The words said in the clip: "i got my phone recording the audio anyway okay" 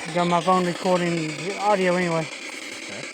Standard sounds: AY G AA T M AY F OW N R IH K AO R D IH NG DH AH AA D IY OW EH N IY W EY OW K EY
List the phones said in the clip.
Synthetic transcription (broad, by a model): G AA M AY F OW N R IH K AO R D IH NG AA D IY OW EH N IY W EY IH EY